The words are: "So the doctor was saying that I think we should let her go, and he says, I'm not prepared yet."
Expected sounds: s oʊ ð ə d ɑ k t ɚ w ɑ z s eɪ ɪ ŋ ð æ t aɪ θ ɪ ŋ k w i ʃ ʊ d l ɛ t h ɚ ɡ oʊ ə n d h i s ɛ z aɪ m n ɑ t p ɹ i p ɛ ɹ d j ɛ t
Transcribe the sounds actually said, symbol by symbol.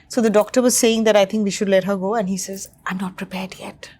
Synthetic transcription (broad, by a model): s oʊ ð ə d ɑ k t ɚ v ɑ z s eɪ ɪ ŋ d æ t aɪ t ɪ ŋ k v i ʃ ʊ d l ɛ t h ɚ ɡ oʊ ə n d h i s ɛ z aɪ m n ɑ t p ɹ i p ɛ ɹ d j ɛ t